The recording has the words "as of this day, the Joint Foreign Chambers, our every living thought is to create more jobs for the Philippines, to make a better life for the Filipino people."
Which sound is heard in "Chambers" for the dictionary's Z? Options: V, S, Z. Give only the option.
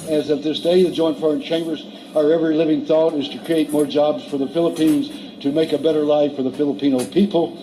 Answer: Z